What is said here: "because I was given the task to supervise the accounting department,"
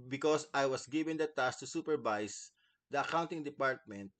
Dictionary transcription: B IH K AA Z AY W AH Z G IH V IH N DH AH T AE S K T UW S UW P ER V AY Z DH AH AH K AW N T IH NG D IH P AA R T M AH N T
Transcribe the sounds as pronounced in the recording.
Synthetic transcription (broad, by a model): B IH K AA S AY W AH S G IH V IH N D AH T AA S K T UW S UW P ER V AY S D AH AH K AW N T IH NG D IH P AA R T M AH N T